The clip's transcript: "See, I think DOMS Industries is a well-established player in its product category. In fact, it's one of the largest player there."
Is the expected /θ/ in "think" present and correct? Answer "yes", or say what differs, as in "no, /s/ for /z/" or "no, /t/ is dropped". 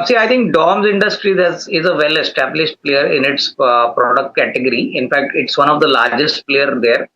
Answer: no, /t/ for /θ/